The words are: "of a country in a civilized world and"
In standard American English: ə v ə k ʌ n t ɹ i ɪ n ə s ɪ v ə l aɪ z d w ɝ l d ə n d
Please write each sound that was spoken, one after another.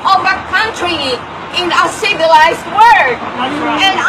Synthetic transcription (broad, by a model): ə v ə k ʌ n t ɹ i ɪ n ə s ɪ v ə l aɪ z d w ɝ d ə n